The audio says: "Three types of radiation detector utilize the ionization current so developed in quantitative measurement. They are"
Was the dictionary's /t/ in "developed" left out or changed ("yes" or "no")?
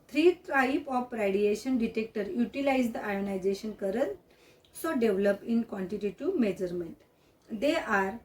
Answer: yes